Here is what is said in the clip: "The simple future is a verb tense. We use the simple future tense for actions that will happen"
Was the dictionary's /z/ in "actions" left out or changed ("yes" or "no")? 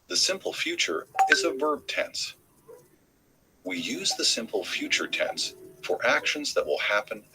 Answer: no